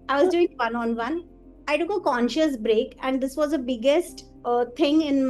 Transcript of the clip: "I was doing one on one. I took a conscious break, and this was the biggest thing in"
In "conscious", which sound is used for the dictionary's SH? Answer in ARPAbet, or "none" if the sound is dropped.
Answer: SH